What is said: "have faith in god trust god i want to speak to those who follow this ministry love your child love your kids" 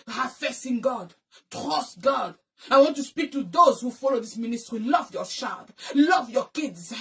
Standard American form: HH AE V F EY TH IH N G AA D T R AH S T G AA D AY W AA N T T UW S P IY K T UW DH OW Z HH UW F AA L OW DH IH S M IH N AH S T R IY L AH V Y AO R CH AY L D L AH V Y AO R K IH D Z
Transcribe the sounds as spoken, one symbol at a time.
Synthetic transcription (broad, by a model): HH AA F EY S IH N G AA D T R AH S T G AA D AY W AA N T T UW S P IY K T UW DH OW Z HH UW F AA L OW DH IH S M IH N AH S T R IY L AH V Y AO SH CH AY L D L AH V Y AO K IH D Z